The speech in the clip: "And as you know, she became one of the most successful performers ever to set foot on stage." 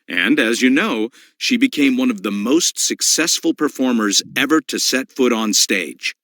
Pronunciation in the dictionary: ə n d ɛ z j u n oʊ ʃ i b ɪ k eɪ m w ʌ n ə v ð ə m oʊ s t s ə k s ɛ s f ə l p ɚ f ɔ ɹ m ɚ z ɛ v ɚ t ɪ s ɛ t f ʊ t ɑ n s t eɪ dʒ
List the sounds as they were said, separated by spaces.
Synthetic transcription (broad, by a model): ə n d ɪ z j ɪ n oʊ ʃ i b ɪ k eɪ m w ʌ n ə v ð ə m oʊ s t s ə k s ɛ s f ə l p ɚ f ɔ ɹ m ɚ z ɛ v ɚ t ɪ s ɛ t f ʊ t n s t eɪ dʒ